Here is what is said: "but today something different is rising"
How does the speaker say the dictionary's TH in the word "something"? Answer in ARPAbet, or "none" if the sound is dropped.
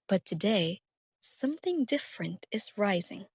TH